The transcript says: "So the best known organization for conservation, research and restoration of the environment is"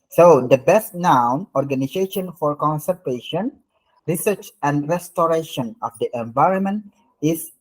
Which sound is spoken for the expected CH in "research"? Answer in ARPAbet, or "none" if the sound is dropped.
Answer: CH